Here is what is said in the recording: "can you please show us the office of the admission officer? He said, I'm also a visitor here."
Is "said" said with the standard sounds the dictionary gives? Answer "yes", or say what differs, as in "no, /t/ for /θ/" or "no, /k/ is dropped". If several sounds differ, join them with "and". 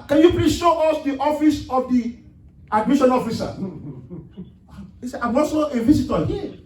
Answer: no, /d/ is dropped